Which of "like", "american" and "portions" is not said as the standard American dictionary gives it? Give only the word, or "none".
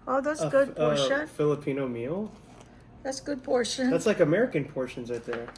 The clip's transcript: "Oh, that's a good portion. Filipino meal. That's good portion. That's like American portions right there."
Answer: none